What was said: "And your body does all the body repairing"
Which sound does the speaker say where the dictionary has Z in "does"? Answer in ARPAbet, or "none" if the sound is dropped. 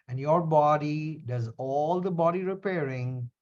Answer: Z